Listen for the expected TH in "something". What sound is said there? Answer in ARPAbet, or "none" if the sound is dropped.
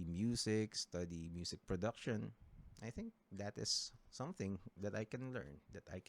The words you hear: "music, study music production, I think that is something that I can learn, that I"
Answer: TH